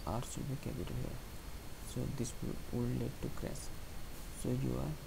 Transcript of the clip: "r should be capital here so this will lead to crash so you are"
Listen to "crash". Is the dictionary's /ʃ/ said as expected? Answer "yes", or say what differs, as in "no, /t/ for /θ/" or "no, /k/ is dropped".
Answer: no, /s/ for /ʃ/